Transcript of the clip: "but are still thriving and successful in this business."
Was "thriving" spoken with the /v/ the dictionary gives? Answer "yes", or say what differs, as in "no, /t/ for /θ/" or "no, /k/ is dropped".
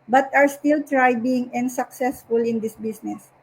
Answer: no, /b/ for /v/